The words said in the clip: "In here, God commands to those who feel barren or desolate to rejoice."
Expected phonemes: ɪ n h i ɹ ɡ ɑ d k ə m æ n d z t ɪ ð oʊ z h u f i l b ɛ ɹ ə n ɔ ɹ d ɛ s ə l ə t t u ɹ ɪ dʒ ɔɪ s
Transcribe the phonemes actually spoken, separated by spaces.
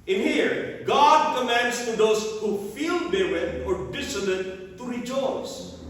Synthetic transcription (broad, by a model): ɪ n h i ɹ ɡ ɑ d k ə m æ n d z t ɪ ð oʊ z h u f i l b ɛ w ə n ɔ ɹ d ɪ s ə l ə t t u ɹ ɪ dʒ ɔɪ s